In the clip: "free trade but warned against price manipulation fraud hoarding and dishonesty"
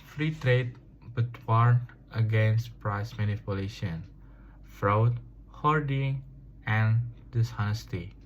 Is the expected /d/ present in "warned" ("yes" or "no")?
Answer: no